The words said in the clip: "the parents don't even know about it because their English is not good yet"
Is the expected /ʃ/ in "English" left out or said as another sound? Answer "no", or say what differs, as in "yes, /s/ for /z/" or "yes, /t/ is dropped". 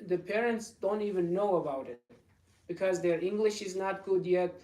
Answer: no